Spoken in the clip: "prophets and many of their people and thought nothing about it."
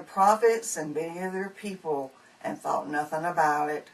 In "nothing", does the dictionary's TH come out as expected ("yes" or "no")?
yes